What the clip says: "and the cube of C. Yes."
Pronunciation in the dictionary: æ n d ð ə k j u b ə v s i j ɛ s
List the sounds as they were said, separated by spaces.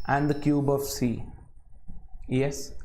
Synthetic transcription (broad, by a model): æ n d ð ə k j u b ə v s i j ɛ s